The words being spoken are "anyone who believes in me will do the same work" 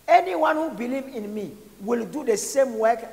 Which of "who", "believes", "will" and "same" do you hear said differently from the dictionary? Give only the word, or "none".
believes